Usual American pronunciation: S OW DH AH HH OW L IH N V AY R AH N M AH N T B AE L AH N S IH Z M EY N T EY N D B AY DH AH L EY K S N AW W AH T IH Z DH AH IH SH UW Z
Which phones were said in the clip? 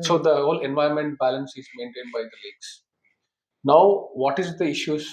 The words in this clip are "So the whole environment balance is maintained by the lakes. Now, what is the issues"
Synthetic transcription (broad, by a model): S OW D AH HH OW L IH N V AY AH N M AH N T B AE L AH N S IH Z M EY N T EY N D B AY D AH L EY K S N AW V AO T IH Z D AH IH SH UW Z